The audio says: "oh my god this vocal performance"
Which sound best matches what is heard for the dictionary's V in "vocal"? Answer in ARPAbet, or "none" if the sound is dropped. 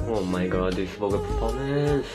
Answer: P